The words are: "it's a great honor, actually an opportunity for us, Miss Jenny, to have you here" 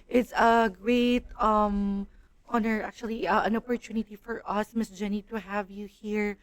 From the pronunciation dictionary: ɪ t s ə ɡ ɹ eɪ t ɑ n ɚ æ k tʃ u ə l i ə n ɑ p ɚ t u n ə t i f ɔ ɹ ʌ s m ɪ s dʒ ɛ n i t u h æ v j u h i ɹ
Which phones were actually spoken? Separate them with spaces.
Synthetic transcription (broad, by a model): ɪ t s ə ɡ ɹ eɪ t ɑ n ɚ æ k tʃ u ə l i ə n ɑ p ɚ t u n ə t i f ɔ ɹ ʌ s m ɪ s dʒ ɛ n i t u h æ v j u h i ɹ